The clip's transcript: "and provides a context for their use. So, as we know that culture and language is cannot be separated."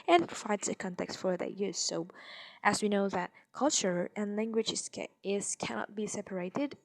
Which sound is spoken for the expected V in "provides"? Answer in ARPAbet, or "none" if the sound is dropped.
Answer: none